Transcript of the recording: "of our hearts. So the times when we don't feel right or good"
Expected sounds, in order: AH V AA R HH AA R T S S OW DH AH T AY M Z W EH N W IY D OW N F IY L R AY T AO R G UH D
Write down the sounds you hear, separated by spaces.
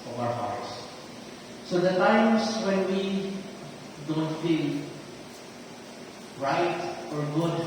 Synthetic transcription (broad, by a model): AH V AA W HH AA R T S S OW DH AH T AY M S W EH N W IY D OW N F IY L R AY T AO R G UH D